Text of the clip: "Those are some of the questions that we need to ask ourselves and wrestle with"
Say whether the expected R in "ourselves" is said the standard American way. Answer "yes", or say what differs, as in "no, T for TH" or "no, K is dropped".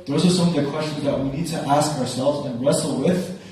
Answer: yes